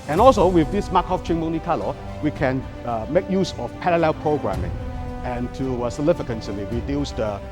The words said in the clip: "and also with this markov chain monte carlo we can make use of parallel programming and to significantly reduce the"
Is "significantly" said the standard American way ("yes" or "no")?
no